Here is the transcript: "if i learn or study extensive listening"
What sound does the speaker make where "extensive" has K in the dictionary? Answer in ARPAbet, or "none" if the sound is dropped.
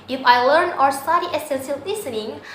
none